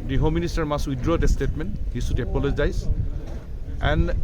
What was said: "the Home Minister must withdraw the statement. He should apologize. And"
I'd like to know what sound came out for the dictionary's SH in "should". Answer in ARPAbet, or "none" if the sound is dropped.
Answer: S